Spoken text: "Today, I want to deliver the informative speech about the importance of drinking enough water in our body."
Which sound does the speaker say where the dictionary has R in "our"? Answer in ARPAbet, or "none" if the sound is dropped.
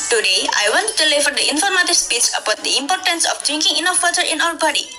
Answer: L